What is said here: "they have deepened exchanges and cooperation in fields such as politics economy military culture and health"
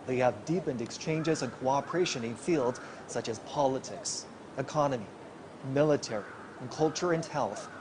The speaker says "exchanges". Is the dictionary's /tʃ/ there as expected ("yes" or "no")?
yes